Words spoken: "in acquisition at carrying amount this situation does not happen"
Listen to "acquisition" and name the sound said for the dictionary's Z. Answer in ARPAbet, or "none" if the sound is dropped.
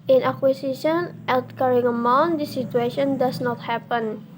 S